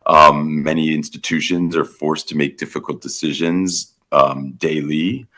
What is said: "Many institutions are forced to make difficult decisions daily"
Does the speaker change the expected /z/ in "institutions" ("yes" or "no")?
no